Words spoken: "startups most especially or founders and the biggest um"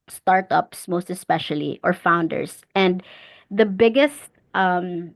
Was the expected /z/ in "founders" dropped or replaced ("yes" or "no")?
yes